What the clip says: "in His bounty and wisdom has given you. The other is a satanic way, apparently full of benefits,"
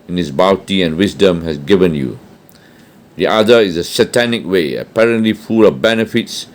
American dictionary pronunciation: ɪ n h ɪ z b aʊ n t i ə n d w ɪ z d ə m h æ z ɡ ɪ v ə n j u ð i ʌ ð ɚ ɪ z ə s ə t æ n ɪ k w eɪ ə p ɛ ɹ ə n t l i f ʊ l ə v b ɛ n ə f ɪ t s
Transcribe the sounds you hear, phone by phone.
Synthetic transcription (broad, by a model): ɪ n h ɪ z b aʊ t i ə n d w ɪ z d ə m h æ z ɡ ɪ v ə n j u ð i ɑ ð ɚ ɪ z ə s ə t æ n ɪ k w eɪ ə p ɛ ɹ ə n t l i f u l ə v b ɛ n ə f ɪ t s